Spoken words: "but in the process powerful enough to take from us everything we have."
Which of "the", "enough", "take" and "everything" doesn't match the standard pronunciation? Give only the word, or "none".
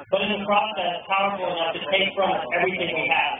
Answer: none